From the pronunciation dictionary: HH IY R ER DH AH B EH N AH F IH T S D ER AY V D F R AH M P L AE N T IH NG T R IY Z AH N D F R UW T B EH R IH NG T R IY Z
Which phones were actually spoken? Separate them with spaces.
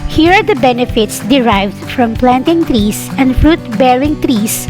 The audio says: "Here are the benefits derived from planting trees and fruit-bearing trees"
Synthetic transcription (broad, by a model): HH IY R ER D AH B EH N AH F IH T S D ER AY V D F R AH M P L AE N T IH NG T R IY S AH N D F R UW T B EH R IH NG T R IY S